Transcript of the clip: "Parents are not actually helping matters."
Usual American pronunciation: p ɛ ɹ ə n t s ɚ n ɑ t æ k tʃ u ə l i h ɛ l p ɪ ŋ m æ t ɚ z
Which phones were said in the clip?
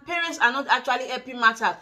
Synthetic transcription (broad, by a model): p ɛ ɹ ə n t s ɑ n ɑ t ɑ k tʃ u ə l i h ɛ p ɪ m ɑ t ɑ